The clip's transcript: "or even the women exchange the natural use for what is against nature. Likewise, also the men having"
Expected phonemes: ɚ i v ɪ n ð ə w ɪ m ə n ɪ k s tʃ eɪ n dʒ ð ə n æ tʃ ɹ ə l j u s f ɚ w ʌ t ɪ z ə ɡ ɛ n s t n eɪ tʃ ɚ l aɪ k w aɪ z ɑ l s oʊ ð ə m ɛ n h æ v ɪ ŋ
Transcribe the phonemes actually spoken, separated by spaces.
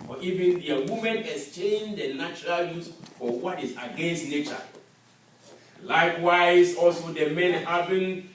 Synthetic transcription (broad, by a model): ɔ i v ɪ n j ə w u m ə n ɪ s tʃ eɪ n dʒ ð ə n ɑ tʃ ɹ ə l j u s f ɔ w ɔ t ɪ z ə ɡ ɛ n s t n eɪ tʃ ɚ l aɪ k w aɪ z ɑ l s oʊ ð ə m ɛ n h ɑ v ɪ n